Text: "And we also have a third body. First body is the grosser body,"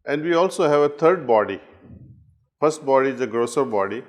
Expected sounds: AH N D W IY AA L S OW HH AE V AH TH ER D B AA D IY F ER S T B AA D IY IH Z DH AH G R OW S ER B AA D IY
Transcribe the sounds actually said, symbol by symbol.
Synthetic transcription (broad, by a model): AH N D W IY AA L S OW HH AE V AH T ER D B AA D IY F ER S T B AA D IY IH Z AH G R OW S ER B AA D IY